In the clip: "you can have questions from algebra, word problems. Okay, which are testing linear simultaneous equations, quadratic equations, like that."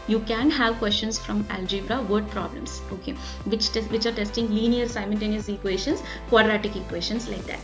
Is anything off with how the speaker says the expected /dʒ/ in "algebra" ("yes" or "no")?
no